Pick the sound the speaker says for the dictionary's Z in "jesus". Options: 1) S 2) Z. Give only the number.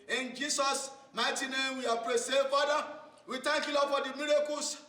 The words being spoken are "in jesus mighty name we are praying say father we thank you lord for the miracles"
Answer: 1